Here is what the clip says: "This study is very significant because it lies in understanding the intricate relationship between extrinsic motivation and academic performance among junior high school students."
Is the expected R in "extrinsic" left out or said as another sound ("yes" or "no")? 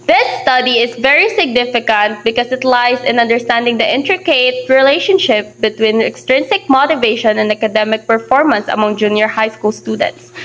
no